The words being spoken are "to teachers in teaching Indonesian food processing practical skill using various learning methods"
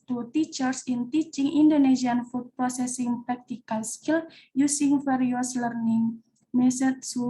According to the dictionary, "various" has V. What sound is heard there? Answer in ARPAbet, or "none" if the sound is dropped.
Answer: F